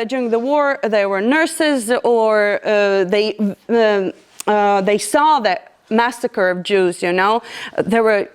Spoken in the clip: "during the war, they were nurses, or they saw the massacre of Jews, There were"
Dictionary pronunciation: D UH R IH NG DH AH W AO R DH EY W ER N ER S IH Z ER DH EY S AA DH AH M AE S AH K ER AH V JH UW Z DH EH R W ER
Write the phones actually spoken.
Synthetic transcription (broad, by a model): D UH R IH NG DH AH W AO R DH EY W ER N ER S IH Z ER DH EY S AA DH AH M AE S AH K ER AH V JH UW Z DH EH R W ER